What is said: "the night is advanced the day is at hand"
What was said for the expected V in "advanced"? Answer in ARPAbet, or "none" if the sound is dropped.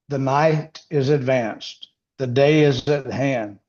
V